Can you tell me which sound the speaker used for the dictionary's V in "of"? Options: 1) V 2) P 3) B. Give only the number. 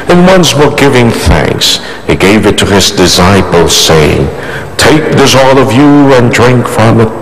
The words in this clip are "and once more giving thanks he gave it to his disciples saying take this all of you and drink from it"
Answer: 1